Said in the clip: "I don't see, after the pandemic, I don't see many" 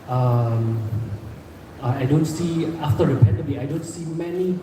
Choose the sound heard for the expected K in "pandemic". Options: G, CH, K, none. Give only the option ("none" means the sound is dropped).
none